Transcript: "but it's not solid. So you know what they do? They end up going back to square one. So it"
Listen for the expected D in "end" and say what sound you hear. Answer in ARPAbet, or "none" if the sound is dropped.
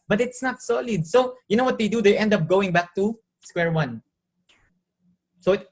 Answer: D